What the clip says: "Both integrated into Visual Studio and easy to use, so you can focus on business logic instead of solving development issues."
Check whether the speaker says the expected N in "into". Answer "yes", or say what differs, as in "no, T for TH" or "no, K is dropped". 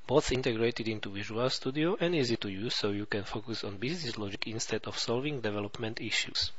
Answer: yes